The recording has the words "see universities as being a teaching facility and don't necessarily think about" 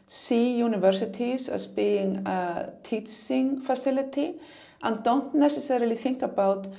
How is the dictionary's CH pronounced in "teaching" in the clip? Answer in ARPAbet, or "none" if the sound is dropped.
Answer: S